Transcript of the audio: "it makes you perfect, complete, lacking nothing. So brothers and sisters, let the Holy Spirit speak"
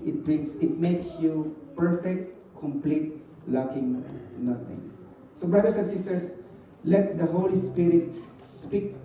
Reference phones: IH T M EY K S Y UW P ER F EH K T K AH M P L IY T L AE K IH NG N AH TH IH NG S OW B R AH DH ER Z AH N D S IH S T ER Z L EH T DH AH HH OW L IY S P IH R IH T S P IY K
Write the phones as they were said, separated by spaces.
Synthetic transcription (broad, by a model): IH T M EY K S Y UW P ER F EH K T K AH M P L IY T L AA K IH NG N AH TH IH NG S OW B R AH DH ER S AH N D S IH S T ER S L EH T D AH HH OW L IY S P IH R IH T S P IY K